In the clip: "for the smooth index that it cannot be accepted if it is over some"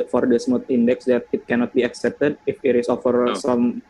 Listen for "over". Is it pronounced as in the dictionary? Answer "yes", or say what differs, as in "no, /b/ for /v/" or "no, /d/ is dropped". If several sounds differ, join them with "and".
no, /f/ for /v/